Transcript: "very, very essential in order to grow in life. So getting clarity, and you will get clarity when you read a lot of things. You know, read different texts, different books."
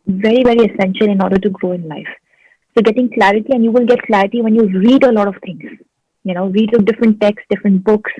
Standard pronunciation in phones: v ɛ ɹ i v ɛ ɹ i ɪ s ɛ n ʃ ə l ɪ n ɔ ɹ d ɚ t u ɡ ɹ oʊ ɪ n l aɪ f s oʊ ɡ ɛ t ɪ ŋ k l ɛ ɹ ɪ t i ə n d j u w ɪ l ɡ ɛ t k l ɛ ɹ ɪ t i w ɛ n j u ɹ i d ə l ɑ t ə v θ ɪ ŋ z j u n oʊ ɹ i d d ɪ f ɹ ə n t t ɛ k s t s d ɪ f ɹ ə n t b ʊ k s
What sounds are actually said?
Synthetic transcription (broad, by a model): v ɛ ɹ i v ɛ ɹ i ɪ s ɛ n ʃ ə l ɪ n ɔ ɹ d ɚ t u ɡ ɹ oʊ ɪ n l aɪ f s oʊ ɡ ɛ t ɪ ŋ k l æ ɹ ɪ t i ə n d j u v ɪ l ɡ ɛ t k l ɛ ɹ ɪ t i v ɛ n j u ɹ i d ə l ɑ t ə v t ɪ ŋ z j u n oʊ ɹ i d d ɪ f ɹ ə n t t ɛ k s s d ɪ f ɹ ə n t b ʊ k s